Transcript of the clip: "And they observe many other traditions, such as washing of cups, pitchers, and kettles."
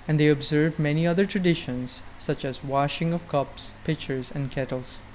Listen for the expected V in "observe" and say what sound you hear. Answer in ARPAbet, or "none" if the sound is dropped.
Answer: V